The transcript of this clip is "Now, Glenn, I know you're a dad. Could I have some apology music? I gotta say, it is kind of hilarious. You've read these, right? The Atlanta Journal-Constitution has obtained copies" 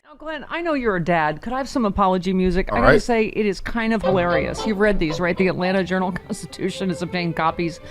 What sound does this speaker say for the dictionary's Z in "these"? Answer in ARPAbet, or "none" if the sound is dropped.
Z